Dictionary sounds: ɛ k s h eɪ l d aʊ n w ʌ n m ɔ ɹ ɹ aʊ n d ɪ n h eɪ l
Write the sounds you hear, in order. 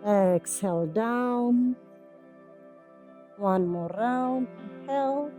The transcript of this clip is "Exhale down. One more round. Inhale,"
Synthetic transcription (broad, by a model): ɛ k s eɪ l d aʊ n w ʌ n m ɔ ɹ ɹ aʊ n ɪ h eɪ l